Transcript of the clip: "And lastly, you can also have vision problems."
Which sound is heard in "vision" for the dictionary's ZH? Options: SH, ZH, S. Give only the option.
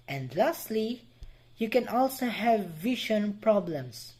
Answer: SH